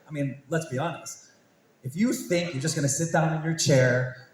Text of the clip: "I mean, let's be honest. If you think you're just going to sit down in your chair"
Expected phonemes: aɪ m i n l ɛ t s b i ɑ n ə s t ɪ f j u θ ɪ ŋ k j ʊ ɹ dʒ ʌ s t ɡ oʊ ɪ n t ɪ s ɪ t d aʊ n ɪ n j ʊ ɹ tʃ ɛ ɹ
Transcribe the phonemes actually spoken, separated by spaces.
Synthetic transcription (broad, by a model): aɪ m i n l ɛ t s b i ɑ n ə s t ɪ f j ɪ θ ɪ ŋ k j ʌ ɹ dʒ ʌ s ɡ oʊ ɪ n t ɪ s ɪ t d aʊ n ɪ n j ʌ ɹ tʃ ɛ ɹ